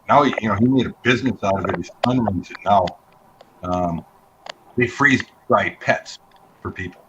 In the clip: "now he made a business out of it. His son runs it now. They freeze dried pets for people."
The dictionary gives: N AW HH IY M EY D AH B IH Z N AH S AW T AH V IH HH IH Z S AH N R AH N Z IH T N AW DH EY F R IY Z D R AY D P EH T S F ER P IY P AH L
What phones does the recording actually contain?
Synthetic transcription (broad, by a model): N AW HH IY M EY D AH B IH Z N AH S AW T AH V IH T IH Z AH N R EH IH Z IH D N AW DH EY F R IY Z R AY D P EH T S F ER P IY P L